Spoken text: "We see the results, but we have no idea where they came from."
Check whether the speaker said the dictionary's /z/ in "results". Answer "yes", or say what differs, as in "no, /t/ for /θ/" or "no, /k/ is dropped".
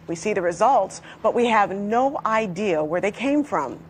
yes